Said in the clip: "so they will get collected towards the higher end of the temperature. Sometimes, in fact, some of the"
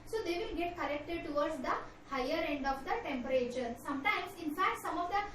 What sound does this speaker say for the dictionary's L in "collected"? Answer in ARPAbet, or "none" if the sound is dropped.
N